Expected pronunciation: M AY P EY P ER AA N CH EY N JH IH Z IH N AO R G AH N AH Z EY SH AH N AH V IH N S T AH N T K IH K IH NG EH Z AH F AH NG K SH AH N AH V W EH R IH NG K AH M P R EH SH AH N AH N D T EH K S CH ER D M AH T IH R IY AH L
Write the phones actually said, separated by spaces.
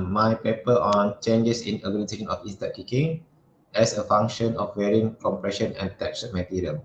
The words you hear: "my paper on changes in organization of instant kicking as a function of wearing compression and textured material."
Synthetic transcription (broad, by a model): M AY P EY P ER AA N CH EY N JH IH S IH N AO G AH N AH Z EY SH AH N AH F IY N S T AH T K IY K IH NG EH S AH F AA NG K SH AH N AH F W EH R IH NG K AH M P R EH SH AH N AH N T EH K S ER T M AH T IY R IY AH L